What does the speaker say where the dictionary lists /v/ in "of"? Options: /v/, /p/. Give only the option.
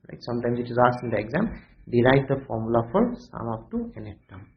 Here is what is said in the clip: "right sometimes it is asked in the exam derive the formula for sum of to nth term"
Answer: /p/